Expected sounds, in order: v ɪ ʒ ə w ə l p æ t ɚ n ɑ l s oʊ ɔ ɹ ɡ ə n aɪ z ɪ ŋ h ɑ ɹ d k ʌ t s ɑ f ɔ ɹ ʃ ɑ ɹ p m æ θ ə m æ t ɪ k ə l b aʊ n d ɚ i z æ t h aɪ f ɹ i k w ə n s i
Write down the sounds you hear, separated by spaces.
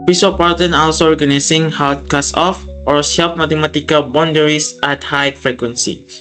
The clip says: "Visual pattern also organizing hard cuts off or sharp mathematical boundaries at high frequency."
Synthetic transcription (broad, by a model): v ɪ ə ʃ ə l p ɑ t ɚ n ɑ l s oʊ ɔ ɹ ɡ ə n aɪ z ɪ ŋ h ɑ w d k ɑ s ɑ f ɔ ɹ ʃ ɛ l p m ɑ t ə m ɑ t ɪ k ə l b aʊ n d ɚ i s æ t h aɪ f ɹ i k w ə n s i